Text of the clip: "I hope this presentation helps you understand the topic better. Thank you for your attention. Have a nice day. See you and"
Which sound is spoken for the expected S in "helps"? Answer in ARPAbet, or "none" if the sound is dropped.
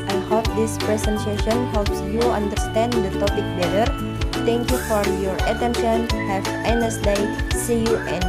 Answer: S